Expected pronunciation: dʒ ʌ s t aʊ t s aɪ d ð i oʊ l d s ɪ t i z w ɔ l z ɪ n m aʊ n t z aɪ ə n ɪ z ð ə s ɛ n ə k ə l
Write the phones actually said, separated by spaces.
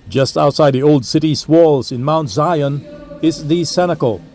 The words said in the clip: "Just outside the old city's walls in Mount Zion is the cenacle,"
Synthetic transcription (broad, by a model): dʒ ʌ s t aʊ t s aɪ d ð i oʊ l d s ɪ t i s w ɔ l z ɪ n m aʊ n t z aɪ ə n ɪ z ð ə s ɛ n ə k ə l